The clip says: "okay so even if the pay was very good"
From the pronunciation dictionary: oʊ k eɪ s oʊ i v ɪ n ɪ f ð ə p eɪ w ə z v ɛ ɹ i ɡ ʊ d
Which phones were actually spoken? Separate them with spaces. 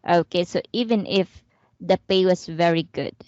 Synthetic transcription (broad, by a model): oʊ k eɪ s oʊ i v ɪ n ɪ f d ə p eɪ w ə s v ɛ ɹ i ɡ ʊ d